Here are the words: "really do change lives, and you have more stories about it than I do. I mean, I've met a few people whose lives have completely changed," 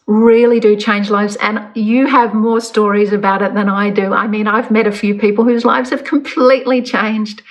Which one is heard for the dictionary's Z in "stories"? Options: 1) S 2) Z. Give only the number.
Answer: 2